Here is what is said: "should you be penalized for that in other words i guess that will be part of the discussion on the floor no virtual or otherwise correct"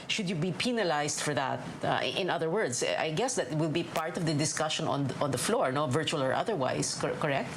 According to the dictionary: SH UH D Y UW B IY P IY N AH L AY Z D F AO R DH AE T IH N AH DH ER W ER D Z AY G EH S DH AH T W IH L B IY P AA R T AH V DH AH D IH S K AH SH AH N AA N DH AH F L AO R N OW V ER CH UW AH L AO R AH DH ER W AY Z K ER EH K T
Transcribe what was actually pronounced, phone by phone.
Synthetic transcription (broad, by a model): SH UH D Y UW B IY P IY N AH L AY S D F AO R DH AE T IH N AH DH ER W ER D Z AY G EH S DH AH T W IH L B IY P AA R T AH V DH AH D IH S K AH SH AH N AA N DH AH F L AO R N OW V ER CH UW AH L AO R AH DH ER W AY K K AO EH K T